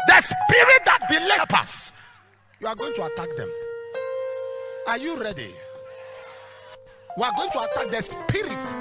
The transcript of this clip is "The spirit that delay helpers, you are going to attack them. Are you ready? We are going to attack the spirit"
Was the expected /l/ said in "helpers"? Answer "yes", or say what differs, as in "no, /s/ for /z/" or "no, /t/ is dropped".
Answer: no, /l/ is dropped